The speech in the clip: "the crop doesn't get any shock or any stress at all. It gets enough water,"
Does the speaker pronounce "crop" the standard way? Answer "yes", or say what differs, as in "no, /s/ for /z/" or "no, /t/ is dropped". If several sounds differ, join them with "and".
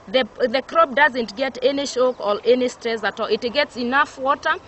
no, /b/ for /p/